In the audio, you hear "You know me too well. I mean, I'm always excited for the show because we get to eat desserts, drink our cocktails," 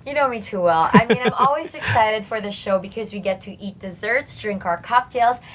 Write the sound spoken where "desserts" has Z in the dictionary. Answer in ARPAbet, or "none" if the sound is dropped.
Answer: Z